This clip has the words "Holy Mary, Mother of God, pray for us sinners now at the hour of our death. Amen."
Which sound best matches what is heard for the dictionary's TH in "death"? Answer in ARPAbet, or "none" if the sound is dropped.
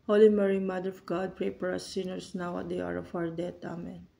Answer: T